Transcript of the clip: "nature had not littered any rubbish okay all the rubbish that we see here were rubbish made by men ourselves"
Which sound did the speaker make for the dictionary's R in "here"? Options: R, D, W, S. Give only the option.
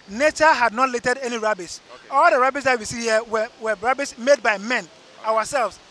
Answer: W